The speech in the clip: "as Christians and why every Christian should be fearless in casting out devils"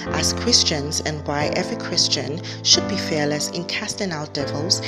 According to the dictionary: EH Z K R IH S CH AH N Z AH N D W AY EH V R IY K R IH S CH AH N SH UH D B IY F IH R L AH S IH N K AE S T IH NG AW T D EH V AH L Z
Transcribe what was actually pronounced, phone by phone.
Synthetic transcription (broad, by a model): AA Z K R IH S CH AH N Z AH N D W AY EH V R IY K R IH S CH AH N SH UH D B IY F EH L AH S IH N K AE S T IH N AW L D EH V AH L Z